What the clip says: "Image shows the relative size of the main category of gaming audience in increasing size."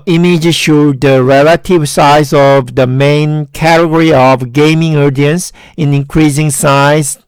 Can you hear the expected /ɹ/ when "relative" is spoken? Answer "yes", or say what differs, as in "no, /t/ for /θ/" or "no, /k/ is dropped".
yes